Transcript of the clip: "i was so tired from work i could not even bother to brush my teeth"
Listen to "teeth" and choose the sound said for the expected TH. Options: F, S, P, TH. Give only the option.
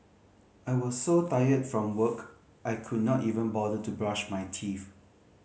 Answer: F